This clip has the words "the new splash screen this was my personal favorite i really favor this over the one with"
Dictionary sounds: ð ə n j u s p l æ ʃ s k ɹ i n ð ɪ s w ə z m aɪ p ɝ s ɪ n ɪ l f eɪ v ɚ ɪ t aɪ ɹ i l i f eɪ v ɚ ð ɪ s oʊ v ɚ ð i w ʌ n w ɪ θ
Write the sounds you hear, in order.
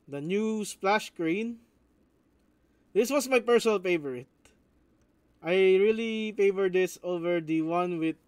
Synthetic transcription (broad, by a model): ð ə n j u s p l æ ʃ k ɹ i n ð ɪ s w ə s m aɪ p ɝ s ɪ n ɪ l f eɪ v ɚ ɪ t aɪ ɹ i l i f eɪ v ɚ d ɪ s oʊ v ɚ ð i w ʌ n w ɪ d